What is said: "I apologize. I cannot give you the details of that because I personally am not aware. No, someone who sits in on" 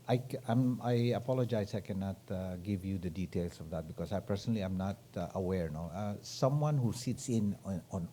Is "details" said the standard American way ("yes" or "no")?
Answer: no